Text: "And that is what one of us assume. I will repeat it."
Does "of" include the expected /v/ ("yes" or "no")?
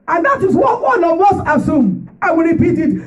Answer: no